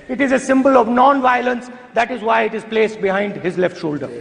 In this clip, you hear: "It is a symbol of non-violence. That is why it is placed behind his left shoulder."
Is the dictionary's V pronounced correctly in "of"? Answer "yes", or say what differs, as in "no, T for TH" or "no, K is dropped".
yes